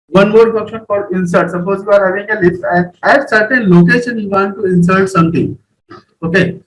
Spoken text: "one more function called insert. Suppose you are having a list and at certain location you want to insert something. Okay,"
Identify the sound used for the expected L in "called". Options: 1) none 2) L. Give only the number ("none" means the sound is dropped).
1